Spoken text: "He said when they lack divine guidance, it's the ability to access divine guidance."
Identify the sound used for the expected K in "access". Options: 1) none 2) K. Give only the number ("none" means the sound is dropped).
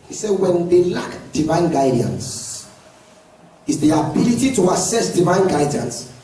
1